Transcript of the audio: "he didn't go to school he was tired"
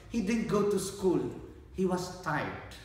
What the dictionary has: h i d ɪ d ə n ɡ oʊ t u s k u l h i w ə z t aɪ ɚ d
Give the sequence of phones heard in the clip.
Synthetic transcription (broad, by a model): h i d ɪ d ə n ɡ oʊ t u s k u l h i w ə s t aɪ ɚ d